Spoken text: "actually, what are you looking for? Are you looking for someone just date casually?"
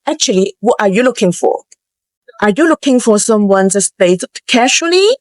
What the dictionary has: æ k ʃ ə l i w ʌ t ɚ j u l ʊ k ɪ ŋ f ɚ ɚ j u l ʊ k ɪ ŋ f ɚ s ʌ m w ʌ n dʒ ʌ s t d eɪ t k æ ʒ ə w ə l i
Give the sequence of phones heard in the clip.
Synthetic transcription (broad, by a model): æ k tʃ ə l i w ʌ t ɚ j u l ʊ k ɪ ŋ f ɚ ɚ j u l ʊ k ɪ ŋ f ɚ s ʌ m w ʌ n z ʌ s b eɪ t k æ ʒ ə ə l i